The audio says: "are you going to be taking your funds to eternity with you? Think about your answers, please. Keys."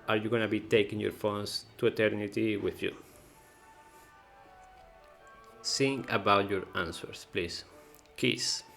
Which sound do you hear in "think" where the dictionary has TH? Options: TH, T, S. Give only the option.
S